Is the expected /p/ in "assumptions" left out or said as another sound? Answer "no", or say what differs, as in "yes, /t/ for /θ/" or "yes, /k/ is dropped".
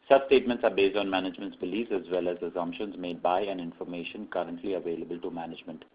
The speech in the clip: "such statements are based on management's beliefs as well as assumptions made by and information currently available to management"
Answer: no